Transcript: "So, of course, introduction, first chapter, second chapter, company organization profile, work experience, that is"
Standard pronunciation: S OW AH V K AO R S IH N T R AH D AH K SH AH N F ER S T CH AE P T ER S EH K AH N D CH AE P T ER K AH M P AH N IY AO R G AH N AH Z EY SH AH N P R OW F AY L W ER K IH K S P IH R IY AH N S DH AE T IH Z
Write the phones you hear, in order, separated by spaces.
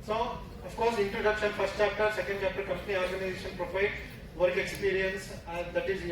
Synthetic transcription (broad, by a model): S OW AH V K AO R S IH N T R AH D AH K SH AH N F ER S T CH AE P T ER S EH K AH N D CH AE P T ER K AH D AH L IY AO R G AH N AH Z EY SH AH N P R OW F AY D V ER K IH K S P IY R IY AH N S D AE T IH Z